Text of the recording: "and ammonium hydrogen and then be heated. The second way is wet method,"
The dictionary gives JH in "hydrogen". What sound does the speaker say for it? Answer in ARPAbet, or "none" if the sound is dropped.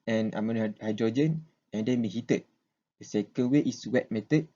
JH